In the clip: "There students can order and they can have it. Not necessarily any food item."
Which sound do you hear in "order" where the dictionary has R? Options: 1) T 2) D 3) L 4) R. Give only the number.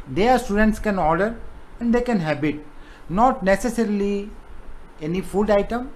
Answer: 4